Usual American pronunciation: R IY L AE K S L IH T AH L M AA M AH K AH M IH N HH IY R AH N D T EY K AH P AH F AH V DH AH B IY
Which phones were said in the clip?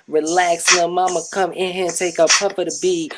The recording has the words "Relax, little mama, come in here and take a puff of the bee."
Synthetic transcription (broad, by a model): R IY L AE K S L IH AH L M AA M AH K AH M IH N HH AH N T EY K AH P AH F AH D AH B IY